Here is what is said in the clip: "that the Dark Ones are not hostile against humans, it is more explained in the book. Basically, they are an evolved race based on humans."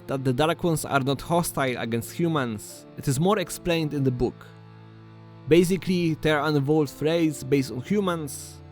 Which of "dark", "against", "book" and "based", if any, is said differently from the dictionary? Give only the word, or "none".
dark